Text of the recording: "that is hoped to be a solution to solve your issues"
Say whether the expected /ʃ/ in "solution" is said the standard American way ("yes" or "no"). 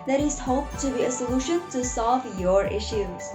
yes